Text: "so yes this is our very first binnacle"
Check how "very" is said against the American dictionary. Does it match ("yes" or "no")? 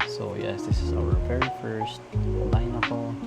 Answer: no